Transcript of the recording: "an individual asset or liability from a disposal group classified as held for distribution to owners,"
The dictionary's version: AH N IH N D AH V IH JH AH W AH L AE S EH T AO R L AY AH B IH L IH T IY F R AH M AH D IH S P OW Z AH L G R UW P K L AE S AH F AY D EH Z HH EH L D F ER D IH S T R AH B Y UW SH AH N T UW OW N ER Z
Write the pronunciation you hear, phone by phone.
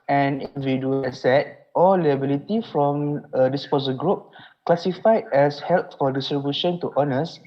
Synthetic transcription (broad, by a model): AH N N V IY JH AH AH S EH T AO L L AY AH B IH L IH T IY F R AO M AH D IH S P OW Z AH G R UW P K L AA S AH F AY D EH S HH EH L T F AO D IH S T R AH B Y UW SH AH N T UW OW N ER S